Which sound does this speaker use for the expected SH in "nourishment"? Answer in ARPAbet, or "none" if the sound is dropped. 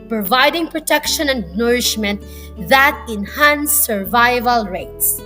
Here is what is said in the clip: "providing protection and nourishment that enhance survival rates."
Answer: SH